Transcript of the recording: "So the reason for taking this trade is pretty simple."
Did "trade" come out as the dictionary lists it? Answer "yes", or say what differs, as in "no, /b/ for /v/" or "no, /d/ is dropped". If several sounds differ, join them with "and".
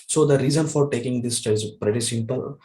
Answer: no, /ɹ/ is dropped